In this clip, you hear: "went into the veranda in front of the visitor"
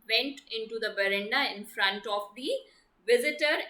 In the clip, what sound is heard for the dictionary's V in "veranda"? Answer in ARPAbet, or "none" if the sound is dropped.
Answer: B